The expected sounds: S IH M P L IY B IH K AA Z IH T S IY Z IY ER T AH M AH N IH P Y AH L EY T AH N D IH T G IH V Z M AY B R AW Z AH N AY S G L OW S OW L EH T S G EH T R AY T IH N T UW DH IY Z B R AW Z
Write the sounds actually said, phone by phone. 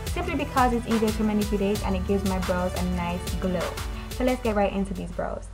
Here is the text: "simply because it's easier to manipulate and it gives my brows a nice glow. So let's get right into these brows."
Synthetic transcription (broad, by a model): S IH M P L IY B IH K AA Z IH T S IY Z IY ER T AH M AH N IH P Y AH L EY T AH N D IH T G IH V Z M AY B R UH Z AH N AY S G L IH S OW L EH T S G EH T R AY T IH N T UW DH IY Z B R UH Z